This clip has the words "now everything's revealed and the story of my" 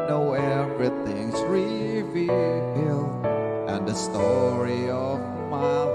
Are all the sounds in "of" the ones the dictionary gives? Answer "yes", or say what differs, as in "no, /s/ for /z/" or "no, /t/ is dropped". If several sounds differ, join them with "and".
yes